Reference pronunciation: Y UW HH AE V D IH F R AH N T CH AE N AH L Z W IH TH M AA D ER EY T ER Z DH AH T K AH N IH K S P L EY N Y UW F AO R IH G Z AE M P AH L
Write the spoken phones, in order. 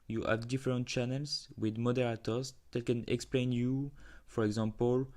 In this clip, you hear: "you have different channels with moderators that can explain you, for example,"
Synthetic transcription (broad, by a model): Y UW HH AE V D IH F R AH N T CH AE N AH L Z W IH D M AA D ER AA T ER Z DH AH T K AH N IH K S P L EY N Y UW F AO R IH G Z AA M P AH L